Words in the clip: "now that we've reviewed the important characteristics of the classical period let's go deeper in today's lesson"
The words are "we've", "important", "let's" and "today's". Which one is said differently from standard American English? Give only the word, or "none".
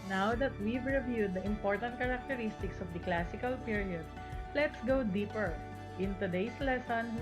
today's